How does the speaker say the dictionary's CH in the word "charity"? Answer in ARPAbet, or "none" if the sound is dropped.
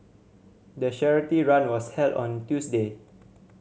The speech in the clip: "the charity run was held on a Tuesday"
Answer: SH